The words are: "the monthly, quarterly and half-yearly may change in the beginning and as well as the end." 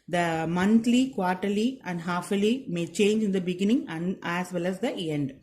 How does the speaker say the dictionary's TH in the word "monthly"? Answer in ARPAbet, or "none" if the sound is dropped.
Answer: T